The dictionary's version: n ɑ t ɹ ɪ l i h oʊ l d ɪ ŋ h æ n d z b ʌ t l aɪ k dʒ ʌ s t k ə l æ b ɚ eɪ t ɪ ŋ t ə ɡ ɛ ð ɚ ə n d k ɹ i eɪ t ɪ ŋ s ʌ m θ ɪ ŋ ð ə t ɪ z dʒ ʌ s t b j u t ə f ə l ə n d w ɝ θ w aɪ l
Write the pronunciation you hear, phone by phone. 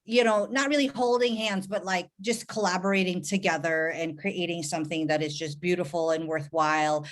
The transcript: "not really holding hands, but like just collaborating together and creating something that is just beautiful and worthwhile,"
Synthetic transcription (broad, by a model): n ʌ t ɹ ɪ l i h oʊ l d ɪ ŋ h æ n d z b ʌ t l aɪ k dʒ ʌ s k ə l æ b ɚ eɪ t ɪ ŋ t ə ɡ ɛ ð ɚ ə n k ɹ i eɪ t ɪ ŋ s ʌ m θ ɪ ŋ ð ə t ɪ z dʒ ʌ s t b j u t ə f l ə n w ɝ θ w aɪ l